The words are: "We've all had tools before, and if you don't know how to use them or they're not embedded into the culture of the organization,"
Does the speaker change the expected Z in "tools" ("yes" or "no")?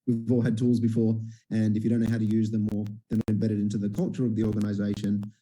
no